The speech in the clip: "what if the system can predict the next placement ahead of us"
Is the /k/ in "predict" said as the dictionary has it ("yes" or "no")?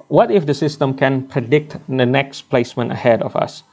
yes